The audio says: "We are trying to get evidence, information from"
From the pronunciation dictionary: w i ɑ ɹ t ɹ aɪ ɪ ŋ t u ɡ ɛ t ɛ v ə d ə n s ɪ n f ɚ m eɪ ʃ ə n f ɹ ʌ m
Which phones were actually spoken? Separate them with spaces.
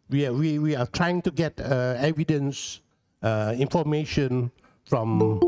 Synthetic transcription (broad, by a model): w i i w t ɹ aɪ ɪ ŋ t u ɡ ɛ t ɛ v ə d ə n s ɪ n f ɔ m eɪ ʃ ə n f ɹ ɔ m